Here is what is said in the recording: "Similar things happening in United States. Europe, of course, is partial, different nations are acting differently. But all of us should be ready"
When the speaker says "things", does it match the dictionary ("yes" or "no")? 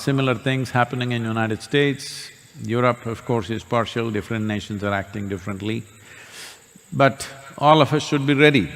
no